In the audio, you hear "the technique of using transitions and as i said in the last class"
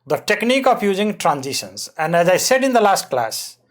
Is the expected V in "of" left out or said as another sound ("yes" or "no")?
yes